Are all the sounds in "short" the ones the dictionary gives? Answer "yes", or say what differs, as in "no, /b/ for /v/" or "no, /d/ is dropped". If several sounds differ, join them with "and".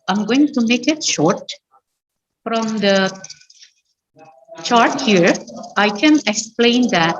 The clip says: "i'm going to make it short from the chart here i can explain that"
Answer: yes